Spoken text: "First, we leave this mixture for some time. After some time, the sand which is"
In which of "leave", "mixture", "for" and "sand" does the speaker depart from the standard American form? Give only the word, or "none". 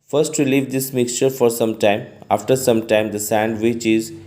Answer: none